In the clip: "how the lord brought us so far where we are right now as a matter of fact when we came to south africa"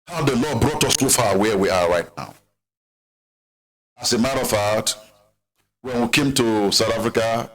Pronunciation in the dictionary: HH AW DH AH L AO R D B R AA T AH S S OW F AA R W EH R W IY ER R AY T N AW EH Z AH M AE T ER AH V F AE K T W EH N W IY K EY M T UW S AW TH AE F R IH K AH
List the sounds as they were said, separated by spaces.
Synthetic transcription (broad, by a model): HH AW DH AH L AO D B R AA T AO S S OW F AA W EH W IY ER R AY T N AW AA S AH M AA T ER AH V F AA T W EH N W IY K EY M T UW S AW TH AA F R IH K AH